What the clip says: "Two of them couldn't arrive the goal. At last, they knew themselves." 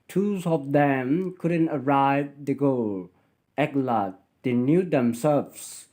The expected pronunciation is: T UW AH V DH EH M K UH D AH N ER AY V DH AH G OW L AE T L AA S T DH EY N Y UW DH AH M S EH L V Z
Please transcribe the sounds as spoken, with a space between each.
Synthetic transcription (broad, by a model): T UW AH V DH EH M K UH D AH N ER AY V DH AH G OW L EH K L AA T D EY N Y UW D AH M S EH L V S